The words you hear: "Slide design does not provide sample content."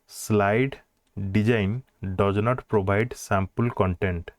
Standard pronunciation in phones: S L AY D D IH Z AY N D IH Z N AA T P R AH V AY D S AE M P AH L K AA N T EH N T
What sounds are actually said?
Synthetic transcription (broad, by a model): S L AY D D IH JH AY N D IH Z N AA T P R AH B AY D S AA M P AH L K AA N T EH N T